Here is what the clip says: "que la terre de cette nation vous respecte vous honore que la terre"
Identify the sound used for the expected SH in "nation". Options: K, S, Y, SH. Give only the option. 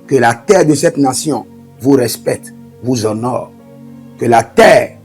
S